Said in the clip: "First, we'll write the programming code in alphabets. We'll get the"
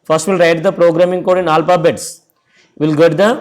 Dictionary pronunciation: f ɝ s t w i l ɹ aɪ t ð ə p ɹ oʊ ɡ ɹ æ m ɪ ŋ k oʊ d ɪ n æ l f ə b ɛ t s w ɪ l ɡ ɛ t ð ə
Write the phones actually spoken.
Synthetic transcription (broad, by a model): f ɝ s t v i l ɹ aɪ t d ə p ɹ oʊ ɡ ɹ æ m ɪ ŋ k oʊ d ɪ n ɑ l p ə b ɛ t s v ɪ l ɡ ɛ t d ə